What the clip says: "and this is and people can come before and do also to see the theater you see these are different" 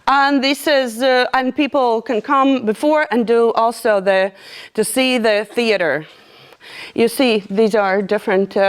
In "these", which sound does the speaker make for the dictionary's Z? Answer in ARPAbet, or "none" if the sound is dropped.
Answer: Z